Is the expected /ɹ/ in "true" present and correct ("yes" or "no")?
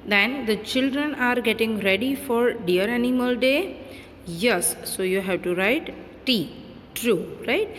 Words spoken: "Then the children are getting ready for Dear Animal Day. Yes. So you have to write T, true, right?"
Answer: yes